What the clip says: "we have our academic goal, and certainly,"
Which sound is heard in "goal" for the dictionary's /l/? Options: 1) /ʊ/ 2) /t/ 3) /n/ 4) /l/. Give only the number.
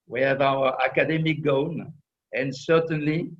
3